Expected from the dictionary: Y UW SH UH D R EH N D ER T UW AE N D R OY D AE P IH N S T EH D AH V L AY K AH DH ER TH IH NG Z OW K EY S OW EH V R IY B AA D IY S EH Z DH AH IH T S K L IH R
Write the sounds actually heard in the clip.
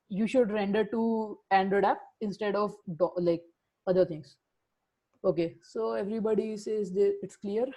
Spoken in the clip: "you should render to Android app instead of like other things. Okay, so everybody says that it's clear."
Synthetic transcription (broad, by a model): Y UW SH UH D R EH N D ER T UW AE N D AH D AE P IH N S T EH D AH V L AY K AH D ER T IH NG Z OW K EY S OW EH V R IY B AA D IY S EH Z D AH IH T S K L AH R